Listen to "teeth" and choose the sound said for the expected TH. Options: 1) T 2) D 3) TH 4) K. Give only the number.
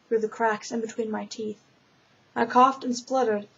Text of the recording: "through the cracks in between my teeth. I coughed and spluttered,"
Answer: 3